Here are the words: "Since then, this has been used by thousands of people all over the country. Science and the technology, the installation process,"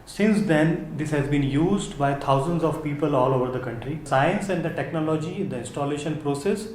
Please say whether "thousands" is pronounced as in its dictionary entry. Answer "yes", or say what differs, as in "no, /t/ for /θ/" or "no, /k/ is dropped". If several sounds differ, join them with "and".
no, /t/ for /θ/